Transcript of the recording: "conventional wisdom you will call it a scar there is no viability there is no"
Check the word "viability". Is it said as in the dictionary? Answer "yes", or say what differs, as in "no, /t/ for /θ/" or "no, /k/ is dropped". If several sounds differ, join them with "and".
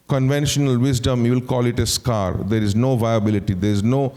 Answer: yes